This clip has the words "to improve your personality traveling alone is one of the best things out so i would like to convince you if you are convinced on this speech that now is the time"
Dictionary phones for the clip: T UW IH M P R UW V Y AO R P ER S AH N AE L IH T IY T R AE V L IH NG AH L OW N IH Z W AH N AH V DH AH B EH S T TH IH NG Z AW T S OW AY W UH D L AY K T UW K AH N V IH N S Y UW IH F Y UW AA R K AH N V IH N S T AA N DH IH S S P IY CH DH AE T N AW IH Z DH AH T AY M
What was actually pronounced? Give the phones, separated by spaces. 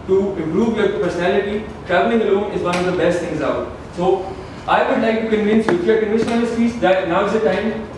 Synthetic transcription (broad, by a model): T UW IH M P R UW V Y AO R P ER S AH N AE L IH T IY T R AE V L IH NG AH L OW N IH Z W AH N AH V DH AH B EH S T T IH NG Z AW T S OW AY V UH D L AY K T UW K AH N V IH N S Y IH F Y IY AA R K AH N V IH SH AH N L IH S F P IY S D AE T N AW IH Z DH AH T AY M